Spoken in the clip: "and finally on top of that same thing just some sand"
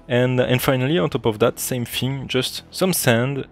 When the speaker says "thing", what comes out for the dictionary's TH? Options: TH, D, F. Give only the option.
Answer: F